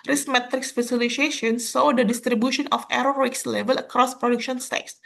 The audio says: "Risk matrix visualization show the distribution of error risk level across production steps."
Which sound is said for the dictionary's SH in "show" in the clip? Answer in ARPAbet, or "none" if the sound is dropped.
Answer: S